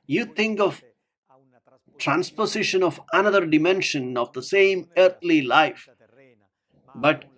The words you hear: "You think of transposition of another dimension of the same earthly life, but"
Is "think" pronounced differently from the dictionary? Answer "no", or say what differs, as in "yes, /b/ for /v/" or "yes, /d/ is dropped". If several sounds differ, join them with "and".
yes, /t/ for /θ/